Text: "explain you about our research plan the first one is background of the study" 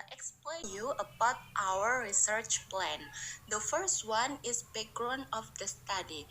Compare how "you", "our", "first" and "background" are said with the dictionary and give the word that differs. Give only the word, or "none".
background